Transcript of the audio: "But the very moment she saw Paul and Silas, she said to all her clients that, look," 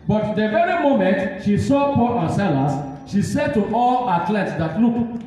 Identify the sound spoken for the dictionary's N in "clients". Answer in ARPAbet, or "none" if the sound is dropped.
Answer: none